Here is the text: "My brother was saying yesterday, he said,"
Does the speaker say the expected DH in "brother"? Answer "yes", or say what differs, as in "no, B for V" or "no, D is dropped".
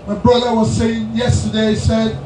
yes